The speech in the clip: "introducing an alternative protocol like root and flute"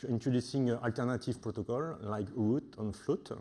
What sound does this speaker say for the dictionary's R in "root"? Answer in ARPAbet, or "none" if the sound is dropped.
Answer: W